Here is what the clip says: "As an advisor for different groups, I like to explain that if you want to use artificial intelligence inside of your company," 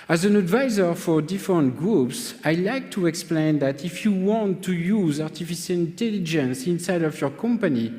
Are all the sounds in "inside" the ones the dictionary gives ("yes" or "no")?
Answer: yes